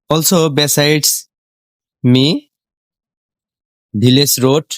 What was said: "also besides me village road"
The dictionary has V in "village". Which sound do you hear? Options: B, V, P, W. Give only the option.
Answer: B